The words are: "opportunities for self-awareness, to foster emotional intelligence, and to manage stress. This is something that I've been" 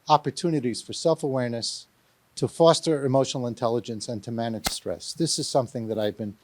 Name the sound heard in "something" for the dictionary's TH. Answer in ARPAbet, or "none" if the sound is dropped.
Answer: TH